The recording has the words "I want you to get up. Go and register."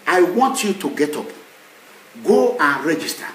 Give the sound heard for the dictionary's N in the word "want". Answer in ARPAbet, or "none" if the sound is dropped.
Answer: N